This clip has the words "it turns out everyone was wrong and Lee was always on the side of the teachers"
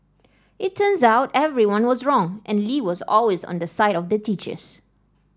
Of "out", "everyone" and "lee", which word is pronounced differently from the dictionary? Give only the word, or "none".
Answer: none